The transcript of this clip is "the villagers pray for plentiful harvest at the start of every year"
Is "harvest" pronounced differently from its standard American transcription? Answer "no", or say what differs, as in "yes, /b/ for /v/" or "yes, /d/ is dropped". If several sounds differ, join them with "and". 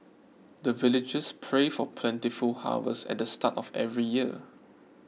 yes, /w/ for /ɹ/ and /t/ is dropped